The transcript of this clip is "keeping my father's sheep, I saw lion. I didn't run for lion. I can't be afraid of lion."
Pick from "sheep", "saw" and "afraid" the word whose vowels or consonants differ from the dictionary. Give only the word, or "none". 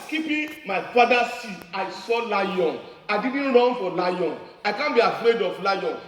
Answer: sheep